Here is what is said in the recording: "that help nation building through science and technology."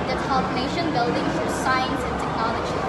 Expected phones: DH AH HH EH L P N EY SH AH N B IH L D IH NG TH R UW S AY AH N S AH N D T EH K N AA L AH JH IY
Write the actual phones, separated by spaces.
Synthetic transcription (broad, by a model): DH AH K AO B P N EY SH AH N B IH L D IH NG F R S AY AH N S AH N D T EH K N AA L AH JH IY